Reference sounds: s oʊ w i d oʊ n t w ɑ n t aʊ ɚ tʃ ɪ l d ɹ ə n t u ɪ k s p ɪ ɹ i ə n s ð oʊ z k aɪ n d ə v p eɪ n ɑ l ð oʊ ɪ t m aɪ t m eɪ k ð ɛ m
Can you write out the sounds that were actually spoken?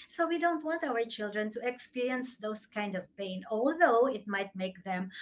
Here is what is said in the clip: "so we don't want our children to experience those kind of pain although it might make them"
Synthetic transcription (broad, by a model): s oʊ w i d oʊ n t w ɑ n t aʊ ɚ tʃ ɪ l d ɹ ə n t u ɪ k s p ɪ ɹ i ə n s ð oʊ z k aɪ n d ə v p eɪ n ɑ l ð oʊ ɪ t m aɪ t m eɪ k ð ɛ m